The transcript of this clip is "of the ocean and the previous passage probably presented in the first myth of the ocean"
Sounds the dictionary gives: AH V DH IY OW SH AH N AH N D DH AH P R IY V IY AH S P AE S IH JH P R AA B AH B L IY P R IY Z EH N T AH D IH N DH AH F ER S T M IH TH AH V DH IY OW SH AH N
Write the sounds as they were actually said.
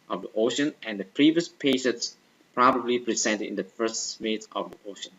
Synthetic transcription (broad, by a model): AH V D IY OW SH AH N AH N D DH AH P R IY V IY AH S P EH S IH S P R AA B AH B L IY P R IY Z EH N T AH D IH N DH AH F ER S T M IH T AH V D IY OW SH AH N